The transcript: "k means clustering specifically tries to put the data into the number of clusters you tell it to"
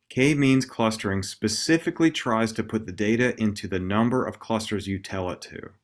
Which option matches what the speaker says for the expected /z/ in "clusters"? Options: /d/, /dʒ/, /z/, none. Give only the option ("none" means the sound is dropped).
/z/